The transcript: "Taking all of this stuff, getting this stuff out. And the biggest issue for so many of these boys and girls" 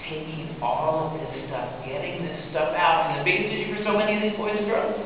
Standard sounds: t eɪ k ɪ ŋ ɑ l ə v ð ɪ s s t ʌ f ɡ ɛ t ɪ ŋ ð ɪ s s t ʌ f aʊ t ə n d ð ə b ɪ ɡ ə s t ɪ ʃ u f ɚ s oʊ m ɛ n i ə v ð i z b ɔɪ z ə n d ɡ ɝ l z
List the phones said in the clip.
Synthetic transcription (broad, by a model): t eɪ k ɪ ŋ ɑ l ə v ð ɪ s s t ʌ f ɡ ɛ t ɪ ŋ ð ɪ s s t ʌ f aʊ t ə n ð ə b ɪ ɡ ə s t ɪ u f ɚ s oʊ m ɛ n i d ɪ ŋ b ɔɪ ə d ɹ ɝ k